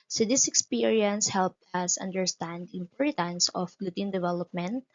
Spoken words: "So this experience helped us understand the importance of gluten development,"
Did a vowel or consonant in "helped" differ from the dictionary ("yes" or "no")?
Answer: no